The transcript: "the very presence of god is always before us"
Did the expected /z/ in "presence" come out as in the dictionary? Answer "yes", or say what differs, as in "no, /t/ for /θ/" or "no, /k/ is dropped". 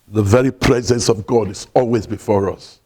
yes